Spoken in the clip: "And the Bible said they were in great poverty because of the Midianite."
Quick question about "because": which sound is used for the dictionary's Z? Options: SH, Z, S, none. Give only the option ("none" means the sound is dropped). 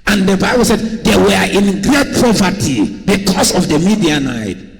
S